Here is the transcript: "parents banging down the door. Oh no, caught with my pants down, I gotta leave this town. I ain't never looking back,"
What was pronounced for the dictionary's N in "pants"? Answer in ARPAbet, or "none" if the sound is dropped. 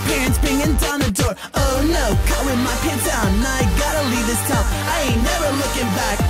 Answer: none